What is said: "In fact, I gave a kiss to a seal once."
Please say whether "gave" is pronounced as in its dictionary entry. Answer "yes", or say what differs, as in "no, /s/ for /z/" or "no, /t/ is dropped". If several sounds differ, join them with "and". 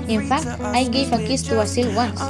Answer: no, /f/ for /v/